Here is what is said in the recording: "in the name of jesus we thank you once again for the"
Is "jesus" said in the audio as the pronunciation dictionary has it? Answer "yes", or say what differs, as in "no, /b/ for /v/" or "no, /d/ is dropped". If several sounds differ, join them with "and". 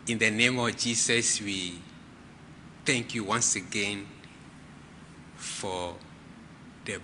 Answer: no, /s/ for /z/